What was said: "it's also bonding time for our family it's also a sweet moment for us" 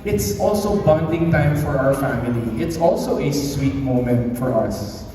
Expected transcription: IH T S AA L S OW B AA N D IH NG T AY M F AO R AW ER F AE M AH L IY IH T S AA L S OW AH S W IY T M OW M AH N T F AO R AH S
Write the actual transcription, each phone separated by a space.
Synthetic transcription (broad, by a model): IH T S AA L S OW B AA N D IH NG T AY M F AO R AW ER F AE M AH L IY IH T S AA L S OW AH S W IY T M OW M AH N T F AO R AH S